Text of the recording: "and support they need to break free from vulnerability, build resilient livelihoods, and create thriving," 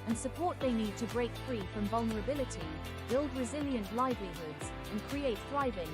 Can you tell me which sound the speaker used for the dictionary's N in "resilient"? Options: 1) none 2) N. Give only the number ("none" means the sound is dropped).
2